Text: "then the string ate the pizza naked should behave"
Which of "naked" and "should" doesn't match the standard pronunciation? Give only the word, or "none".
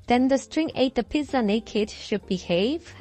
none